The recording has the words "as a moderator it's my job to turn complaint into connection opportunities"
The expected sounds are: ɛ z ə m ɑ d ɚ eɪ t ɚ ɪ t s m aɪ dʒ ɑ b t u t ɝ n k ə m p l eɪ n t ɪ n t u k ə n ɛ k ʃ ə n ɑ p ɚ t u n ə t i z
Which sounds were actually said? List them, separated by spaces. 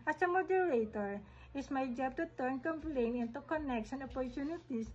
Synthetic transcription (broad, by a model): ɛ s ə m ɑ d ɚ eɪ t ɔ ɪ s m aɪ dʒ ɑ b t u t ɝ n k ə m p l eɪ n ɪ n t u k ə n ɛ k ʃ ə n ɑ p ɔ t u n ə t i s